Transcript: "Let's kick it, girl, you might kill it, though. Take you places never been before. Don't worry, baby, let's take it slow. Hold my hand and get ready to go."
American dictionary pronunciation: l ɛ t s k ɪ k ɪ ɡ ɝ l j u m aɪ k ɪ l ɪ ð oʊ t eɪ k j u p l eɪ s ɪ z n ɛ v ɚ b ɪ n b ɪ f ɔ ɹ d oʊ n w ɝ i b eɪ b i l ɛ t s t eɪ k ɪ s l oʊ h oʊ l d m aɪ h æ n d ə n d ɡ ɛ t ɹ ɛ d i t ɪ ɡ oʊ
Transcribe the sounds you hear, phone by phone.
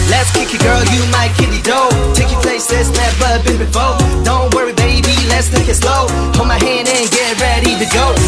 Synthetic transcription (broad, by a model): l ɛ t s k ɪ k ɪ ɡ ɝ l j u m aɪ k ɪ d ɪ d oʊ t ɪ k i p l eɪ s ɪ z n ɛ p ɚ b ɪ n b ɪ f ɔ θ d oʊ n w ɝ i b eɪ b i l ɛ t s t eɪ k ɪ s l oʊ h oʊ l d m aɪ h æ n d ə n ɡ ɛ t ɹ ɛ d i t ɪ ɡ oʊ